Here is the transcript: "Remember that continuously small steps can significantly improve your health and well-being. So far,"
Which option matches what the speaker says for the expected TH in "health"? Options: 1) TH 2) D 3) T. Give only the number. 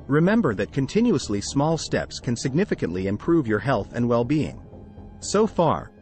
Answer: 1